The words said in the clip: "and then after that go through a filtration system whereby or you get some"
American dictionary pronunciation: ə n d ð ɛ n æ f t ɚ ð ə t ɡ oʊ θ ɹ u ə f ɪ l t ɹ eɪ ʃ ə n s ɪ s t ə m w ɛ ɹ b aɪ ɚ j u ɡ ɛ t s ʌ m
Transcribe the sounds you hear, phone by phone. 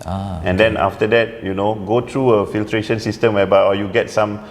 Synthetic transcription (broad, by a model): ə n d ɛ n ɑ f t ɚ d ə t ɡ oʊ t ɹ u ə f ɪ l t ɹ eɪ ʃ ə n s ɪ s t ə m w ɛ b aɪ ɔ j u ɡ ɛ t s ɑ m